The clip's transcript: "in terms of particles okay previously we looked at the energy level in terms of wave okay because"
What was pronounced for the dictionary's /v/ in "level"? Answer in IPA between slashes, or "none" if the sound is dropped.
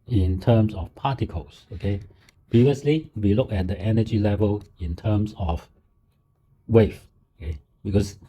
/v/